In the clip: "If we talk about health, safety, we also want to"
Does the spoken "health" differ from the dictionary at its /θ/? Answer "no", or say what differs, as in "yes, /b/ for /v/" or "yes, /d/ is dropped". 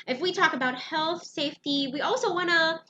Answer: no